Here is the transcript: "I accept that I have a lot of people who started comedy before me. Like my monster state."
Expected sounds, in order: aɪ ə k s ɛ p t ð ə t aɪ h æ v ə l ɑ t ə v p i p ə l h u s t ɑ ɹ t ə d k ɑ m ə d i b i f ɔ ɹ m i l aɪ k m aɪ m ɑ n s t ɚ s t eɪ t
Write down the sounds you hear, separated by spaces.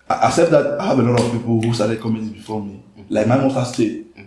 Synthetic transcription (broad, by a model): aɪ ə s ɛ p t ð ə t aɪ h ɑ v ə l ɑ t ə v p i p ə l h u s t ɑ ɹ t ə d k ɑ m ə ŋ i b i f ɔ m i l aɪ k m aɪ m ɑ s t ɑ s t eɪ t